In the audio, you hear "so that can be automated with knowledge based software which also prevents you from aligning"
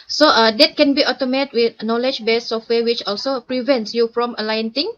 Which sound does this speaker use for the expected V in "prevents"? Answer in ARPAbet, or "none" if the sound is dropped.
V